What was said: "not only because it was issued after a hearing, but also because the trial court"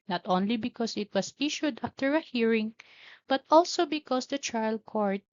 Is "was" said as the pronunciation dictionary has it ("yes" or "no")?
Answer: no